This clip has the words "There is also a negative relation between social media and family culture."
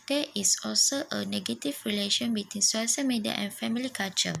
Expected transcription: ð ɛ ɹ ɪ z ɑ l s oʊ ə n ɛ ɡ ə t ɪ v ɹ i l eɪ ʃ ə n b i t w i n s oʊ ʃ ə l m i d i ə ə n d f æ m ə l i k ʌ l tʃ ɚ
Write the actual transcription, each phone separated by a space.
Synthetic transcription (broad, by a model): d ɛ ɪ s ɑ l s oʊ ə n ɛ ɡ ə t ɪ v ɹ i l eɪ ʃ ə n b i t w i n s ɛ s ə m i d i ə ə n f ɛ m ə l i k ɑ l tʃ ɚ